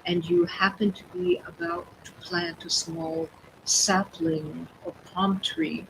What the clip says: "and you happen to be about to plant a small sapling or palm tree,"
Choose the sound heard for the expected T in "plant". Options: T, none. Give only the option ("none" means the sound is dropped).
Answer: T